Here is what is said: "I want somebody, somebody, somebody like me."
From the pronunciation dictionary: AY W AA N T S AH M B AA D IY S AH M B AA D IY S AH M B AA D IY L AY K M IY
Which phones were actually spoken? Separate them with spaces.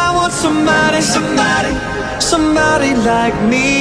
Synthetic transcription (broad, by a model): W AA T S AH M B AA D IY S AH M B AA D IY S AH M B AA D IY L AY K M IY